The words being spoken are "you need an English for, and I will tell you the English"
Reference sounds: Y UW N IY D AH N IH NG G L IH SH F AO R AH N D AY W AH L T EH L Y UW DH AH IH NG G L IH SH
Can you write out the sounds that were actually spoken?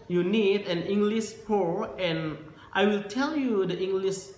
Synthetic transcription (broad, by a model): Y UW N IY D AH N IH NG G L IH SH P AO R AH N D AY W AH L T EH L Y UW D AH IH NG G L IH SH